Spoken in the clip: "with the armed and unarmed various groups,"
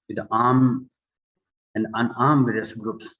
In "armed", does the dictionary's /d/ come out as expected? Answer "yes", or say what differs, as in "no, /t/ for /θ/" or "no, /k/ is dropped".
no, /d/ is dropped